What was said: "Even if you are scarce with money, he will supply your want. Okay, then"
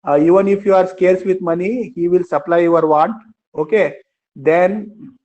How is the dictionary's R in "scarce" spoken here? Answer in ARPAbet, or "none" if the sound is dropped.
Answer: R